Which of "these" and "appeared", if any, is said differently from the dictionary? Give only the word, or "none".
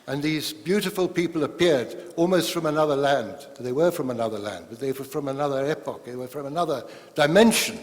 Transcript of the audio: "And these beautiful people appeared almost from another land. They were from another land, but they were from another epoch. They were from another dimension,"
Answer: none